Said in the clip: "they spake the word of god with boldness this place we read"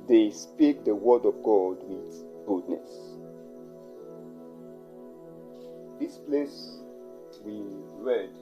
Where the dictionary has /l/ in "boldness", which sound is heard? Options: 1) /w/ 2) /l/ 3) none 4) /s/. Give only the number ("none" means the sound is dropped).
3